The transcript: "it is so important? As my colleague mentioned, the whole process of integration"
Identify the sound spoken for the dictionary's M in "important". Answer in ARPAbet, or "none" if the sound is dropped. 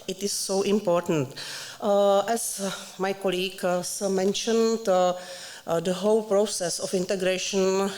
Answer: M